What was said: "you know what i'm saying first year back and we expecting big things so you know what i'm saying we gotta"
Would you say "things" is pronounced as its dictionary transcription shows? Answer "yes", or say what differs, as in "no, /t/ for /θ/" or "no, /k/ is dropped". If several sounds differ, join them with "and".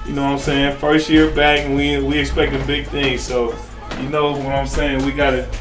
yes